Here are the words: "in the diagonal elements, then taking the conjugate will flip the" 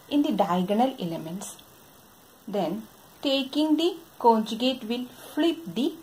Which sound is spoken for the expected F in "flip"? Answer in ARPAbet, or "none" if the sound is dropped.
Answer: F